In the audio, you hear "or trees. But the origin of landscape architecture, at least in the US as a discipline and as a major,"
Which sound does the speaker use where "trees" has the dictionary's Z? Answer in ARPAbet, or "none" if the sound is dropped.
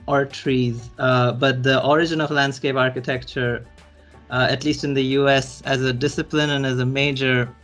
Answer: Z